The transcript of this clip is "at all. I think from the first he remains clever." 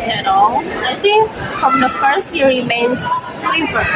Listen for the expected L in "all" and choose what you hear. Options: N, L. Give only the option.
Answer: N